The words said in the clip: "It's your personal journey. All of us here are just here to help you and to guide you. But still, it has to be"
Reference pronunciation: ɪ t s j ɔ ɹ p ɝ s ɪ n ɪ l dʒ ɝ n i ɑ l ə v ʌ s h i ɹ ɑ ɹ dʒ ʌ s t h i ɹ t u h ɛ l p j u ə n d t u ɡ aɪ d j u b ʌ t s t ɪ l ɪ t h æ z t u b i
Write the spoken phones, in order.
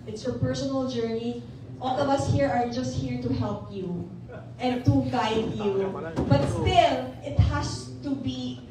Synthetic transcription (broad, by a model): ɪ t s j ɔ ɹ p ɝ s ɪ n ɪ l dʒ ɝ n i ɑ l ə v ʌ s h i ɹ ɑ ɹ dʒ ʌ s t h i ɹ t u h ɛ l p j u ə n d t u ɡ aɪ d j u b ʌ t s t ɪ l ɪ t h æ s t u b i